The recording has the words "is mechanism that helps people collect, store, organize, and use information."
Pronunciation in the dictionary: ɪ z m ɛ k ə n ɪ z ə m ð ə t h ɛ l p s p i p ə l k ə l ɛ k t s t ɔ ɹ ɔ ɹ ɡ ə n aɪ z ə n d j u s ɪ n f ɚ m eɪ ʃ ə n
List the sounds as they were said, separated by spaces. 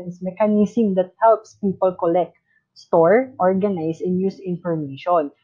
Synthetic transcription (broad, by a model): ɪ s m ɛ k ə n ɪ s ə m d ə t h ɛ l p s p i p ə l k ə l ɛ k t s t ɔ ɹ ɔ ɹ ɡ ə n aɪ s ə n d j u s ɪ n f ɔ m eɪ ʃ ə n